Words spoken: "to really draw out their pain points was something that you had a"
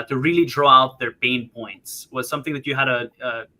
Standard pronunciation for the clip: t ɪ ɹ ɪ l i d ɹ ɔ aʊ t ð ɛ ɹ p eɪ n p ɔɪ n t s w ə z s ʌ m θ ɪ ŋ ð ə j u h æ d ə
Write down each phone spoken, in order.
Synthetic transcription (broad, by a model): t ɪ ɹ ɪ l i d ɹ ɔ aʊ t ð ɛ ɹ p eɪ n p ɔɪ n t s w ə z s ʌ m θ ɪ ŋ ð ə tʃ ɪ h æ d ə